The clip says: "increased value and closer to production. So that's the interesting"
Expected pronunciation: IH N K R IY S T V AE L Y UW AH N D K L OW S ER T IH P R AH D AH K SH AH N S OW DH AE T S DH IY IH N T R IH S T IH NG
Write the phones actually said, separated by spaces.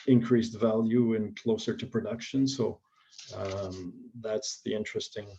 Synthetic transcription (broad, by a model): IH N K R IY S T V AE L Y UW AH N K L OW S ER T IH P R AH D AH K SH AH N S OW DH AE T S DH IY IH N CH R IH S T IH NG